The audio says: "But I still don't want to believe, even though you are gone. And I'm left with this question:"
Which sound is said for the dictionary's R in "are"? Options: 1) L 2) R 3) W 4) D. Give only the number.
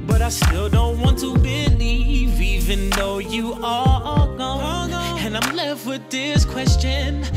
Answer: 1